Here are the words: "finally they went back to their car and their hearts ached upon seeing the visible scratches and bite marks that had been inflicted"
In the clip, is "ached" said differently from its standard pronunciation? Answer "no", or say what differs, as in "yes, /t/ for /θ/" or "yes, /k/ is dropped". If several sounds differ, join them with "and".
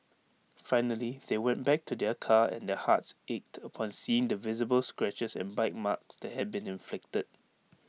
no